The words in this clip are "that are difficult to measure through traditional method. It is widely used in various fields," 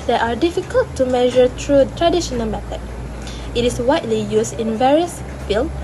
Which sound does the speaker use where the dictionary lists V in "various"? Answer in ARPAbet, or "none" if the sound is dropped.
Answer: V